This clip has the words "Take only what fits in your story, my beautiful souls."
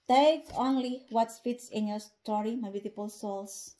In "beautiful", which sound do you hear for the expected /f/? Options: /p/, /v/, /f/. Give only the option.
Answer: /p/